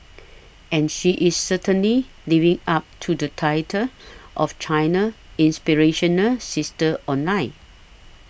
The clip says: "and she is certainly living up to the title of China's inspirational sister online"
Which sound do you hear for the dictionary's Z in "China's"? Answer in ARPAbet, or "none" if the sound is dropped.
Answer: none